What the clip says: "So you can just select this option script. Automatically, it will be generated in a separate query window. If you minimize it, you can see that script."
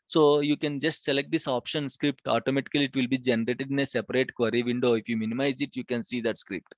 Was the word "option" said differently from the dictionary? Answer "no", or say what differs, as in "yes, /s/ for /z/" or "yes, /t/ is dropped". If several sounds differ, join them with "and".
no